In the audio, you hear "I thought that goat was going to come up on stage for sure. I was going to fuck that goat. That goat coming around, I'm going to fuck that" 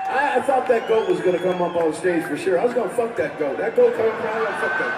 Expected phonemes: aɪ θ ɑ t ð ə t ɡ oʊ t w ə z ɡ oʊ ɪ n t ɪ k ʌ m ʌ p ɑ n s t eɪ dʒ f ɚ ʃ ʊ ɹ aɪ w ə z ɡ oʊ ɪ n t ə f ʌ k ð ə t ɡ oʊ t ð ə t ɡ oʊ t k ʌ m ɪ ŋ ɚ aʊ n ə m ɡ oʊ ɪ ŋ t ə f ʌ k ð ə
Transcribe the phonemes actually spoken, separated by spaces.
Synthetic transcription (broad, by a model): aɪ θ ɑ t ð ə t ɡ oʊ t w ə z ɡ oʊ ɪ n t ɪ k ʌ m ʌ p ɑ s t eɪ dʒ f ɚ ʃ ʊ ɹ aɪ w ə z ɡ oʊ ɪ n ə f ʌ k ð ə t ɡ oʊ t ð ə t ɡ oʊ t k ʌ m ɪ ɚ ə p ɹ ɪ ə f ʌ k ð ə